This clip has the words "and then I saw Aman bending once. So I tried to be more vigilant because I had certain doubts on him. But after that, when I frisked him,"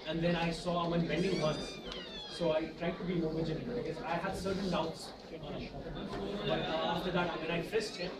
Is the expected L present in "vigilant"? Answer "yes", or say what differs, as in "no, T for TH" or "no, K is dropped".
no, N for L